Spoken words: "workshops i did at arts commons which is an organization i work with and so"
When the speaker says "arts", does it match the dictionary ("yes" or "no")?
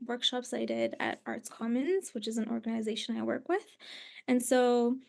yes